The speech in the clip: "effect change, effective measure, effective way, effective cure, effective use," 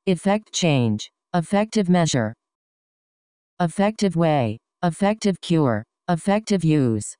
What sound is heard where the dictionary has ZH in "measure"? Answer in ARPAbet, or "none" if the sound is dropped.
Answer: ZH